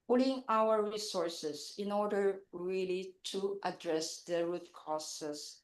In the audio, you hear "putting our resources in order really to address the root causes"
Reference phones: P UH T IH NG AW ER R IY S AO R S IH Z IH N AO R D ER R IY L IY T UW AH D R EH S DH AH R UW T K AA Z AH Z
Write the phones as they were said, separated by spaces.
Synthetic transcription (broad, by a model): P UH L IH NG AW ER R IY S AO R S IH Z IH N AO R D ER R IY L IY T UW AH D R EH S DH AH R UW T K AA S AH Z